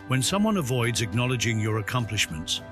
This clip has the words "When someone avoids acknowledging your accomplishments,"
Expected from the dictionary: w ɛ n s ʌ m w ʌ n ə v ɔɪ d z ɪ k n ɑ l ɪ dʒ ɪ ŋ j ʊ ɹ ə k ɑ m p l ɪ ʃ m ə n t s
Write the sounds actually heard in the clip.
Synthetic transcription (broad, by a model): w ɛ n s ʌ m w ʌ n ə v ɔɪ d z ɪ k n ɑ l ɪ dʒ ɪ ŋ j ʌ ɹ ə k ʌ m p l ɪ ʃ m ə n t s